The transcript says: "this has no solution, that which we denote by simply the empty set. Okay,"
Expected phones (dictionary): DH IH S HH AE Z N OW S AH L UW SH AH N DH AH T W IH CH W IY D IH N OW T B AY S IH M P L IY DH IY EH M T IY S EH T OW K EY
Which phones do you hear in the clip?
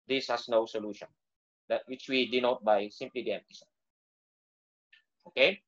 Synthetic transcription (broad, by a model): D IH S HH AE S N OW S AH L UW SH AH N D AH T W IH CH W IY D IH N OW T B AY S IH M P L IY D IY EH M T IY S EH OW K EY